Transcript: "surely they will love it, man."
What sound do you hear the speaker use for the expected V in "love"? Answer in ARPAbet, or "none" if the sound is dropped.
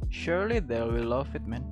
F